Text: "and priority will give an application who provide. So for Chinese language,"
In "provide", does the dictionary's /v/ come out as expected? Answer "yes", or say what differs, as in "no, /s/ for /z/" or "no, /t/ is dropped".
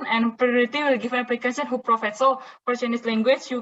no, /f/ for /v/